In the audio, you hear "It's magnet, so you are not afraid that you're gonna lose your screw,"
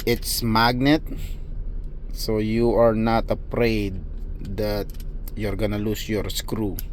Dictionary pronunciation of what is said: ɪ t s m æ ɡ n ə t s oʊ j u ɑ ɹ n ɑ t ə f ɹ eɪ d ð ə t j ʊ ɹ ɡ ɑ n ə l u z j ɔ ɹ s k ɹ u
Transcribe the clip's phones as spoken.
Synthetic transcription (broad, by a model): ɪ t s m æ ɡ n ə t s oʊ j u ɑ ɹ n ɑ t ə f ɹ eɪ d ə t j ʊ ɹ ɡ ɑ n ə l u s j ɔ ɹ s k ɹ u